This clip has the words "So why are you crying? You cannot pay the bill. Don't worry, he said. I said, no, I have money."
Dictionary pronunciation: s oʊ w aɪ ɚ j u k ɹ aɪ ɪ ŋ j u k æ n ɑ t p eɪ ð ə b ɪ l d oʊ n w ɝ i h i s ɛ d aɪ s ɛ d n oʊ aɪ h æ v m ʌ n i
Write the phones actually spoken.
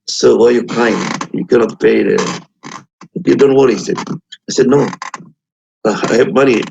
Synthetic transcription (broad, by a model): s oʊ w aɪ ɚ j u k aɪ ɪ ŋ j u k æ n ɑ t p eɪ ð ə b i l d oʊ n w ɝ i h i s ɛ d aɪ s ɛ d n oʊ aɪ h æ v m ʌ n i